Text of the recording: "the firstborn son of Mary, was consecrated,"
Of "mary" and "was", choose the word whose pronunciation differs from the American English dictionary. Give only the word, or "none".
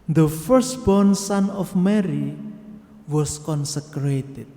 was